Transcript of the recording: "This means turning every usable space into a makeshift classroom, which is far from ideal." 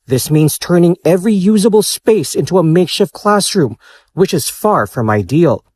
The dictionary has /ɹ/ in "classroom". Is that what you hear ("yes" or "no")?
yes